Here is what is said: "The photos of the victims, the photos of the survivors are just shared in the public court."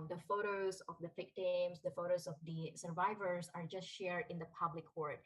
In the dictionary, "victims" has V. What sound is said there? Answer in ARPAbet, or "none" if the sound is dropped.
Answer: F